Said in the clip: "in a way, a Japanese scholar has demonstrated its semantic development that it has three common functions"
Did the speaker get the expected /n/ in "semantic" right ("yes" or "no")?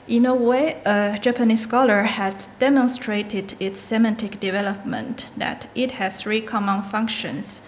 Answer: yes